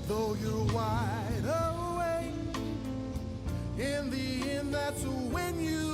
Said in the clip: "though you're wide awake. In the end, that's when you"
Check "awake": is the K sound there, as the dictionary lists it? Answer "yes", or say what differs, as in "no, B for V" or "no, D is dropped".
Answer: no, K is dropped